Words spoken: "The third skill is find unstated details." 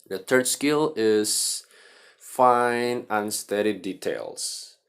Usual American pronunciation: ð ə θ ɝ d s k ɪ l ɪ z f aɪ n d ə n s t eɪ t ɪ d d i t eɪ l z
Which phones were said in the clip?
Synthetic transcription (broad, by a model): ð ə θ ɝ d s k ɪ l ɪ z f aɪ n ə n s t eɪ t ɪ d d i t eɪ l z